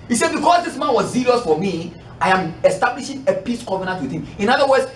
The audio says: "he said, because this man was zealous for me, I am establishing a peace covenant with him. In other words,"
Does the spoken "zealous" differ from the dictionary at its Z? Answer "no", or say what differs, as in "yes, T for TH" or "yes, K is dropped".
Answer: yes, S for Z